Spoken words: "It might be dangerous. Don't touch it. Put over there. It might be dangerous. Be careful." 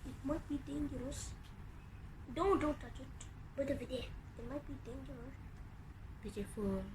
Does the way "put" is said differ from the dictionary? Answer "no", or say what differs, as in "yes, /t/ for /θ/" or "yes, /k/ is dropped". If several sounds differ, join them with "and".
yes, /b/ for /p/